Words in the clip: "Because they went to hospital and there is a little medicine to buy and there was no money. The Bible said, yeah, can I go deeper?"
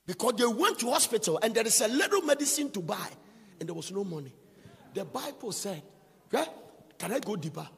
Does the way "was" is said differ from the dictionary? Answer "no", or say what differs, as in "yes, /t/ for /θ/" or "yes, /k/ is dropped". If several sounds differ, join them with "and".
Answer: yes, /s/ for /z/